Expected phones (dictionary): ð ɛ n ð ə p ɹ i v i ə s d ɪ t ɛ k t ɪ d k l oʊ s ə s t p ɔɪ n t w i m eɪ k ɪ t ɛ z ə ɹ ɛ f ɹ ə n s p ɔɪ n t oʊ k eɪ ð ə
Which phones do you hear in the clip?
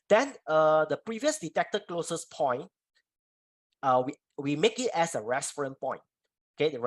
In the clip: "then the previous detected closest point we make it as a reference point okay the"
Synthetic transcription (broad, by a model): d ɛ n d ə p ɹ i v i ə s d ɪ t ɛ k t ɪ k l oʊ s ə s p ɔɪ n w w i m eɪ k ɪ t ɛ s ə ɹ ɛ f ɹ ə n p ɔɪ n t oʊ k eɪ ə